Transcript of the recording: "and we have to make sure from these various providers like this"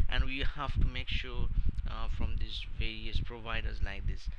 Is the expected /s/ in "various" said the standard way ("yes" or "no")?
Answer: yes